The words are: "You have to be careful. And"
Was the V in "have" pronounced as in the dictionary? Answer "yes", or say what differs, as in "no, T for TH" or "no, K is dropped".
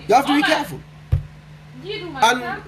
no, F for V